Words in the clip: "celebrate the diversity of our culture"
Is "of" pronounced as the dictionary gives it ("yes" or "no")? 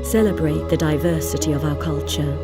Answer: yes